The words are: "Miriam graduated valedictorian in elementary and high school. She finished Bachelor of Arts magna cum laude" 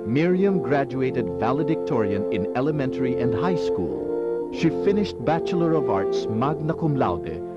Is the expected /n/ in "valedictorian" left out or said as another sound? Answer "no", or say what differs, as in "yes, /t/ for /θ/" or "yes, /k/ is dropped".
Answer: no